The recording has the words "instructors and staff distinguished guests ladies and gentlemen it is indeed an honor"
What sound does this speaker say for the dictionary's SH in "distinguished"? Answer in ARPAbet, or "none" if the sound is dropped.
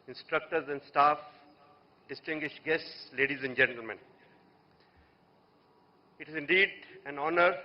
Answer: SH